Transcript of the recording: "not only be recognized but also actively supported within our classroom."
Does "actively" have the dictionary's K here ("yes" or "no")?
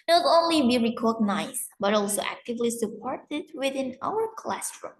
yes